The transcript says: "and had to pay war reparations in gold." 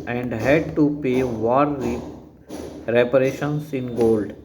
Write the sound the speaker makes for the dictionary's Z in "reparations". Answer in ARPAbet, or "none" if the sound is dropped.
S